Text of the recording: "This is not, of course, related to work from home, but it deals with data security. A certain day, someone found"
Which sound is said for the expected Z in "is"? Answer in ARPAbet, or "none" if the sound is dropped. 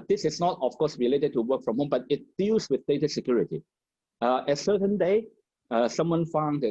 S